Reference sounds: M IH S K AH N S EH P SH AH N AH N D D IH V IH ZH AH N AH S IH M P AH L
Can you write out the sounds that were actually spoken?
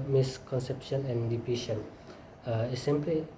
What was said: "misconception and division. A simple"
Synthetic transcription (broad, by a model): M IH S K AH N S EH P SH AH N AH N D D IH P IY SH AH N AH S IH M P L